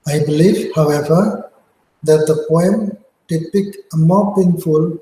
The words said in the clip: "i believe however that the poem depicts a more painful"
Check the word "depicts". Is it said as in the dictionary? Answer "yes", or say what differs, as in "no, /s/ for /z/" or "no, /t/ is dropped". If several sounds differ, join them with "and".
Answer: no, /s/ is dropped